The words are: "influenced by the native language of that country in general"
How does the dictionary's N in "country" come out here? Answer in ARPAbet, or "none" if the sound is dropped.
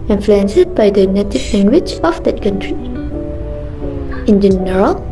N